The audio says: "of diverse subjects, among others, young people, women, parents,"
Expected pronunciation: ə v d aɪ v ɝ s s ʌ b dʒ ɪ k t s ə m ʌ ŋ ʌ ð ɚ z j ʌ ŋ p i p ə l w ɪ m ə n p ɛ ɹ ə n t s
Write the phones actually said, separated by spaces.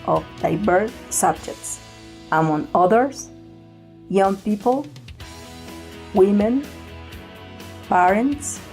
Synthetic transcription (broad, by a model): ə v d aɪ b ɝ θ s ʌ b dʒ ɪ k t s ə m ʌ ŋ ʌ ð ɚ s j ʌ ŋ p i p ə l w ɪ m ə n p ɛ ɹ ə n t s